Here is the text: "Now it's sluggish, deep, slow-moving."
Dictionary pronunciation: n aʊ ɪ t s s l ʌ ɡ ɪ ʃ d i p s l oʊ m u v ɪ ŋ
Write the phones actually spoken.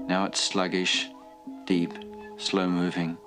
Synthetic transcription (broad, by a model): n aʊ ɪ t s s l ʌ ɡ ɪ ʃ d i p s l oʊ m u v ɪ ŋ